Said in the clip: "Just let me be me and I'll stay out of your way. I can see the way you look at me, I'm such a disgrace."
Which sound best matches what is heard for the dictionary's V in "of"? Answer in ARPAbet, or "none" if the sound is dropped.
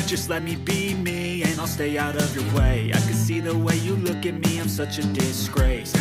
V